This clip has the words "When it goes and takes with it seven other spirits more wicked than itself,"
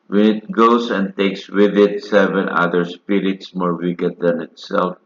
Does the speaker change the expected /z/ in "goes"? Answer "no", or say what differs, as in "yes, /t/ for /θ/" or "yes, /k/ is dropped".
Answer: yes, /s/ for /z/